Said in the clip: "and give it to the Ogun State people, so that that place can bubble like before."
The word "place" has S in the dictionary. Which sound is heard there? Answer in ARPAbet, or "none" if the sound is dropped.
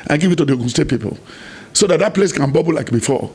S